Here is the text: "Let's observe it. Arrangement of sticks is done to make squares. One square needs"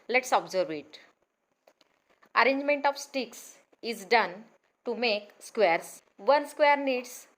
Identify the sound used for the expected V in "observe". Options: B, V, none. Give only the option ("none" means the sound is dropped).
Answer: V